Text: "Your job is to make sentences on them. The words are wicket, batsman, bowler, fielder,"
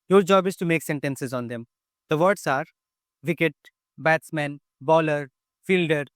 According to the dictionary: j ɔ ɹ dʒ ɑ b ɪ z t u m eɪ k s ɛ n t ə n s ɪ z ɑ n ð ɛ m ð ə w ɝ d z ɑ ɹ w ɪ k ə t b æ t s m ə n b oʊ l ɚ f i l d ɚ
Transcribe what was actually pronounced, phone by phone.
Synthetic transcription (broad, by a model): j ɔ ɹ dʒ ɑ b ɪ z t u m eɪ k s ɛ n t ə n s ɪ z ɑ n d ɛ m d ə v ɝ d s ɑ ɹ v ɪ k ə t b æ t s m ə n b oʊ l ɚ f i l d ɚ